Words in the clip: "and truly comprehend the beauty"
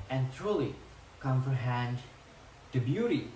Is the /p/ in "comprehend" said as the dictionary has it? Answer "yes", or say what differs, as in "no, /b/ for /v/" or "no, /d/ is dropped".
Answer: no, /f/ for /p/